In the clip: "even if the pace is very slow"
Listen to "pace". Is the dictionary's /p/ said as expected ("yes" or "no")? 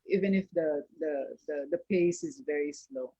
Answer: yes